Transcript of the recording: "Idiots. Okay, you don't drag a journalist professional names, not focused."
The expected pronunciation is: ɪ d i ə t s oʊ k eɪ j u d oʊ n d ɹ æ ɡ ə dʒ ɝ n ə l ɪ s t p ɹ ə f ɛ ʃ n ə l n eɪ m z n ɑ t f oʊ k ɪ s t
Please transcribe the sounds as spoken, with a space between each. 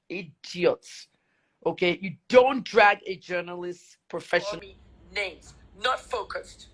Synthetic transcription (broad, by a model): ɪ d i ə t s oʊ k eɪ j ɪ d oʊ n d ɹ æ ɡ ə dʒ ɝ n ə l ɪ s t p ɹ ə f ɛ ʃ ə n n eɪ m z n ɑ t f oʊ k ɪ s t